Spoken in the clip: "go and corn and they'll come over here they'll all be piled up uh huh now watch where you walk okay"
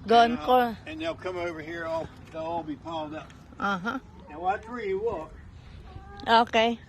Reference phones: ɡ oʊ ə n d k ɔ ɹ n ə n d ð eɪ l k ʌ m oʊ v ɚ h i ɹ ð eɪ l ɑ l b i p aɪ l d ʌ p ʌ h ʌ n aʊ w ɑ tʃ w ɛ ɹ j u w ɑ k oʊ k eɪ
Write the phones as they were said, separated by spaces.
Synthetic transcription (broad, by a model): ɡ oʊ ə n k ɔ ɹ ə n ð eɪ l k ʌ m oʊ v ɚ h i ɹ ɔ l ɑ l b i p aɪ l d ʌ p ʌ h ʌ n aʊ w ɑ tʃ ɹ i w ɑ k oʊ k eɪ